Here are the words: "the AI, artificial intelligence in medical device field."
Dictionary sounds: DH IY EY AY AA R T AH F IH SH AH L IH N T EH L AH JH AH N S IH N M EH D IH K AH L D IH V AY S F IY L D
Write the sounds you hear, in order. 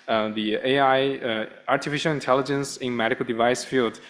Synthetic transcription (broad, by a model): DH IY EY AY AA R T AH F IH SH AH L IH N T EH L AH JH AH N S IH N M EH D IH K AH L D IH V AY S F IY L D